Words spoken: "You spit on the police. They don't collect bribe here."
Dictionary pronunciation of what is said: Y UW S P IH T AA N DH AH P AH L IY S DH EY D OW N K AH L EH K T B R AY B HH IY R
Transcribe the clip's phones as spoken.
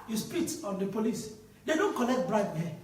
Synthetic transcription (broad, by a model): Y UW S P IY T AA N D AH P AH L IY S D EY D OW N K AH N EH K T B R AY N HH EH